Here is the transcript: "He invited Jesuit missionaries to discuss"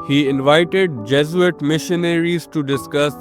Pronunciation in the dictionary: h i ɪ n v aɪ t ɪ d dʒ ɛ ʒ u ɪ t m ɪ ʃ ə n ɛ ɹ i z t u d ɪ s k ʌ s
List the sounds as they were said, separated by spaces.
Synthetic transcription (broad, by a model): h i ɪ n v aɪ t ɪ d dʒ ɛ z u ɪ t m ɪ ʃ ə n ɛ ɹ i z t u d ɪ s k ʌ s